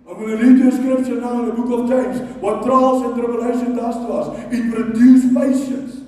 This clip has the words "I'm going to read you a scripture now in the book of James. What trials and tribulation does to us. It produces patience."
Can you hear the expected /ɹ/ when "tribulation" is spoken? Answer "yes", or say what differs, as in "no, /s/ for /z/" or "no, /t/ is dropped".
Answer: no, /ɹ/ is dropped